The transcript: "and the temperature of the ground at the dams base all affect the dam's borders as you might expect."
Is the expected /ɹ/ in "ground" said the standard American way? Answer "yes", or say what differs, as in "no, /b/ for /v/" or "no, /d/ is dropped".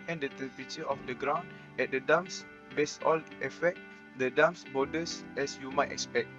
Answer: yes